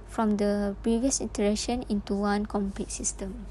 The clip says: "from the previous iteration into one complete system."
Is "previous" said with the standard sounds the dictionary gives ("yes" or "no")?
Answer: yes